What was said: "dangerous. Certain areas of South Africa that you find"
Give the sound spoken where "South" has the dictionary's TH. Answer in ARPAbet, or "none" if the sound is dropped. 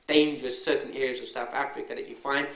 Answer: TH